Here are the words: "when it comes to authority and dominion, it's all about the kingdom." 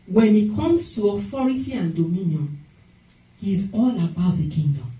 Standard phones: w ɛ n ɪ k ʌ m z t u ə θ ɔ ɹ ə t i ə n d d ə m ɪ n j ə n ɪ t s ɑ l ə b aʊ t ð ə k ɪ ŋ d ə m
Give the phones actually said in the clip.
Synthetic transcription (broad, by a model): w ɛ n ɪ k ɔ m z t u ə f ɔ ɹ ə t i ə n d d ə m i n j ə n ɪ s ɑ l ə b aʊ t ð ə k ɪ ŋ d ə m